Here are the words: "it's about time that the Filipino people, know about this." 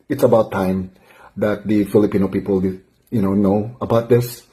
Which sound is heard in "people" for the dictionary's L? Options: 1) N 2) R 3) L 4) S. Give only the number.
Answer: 1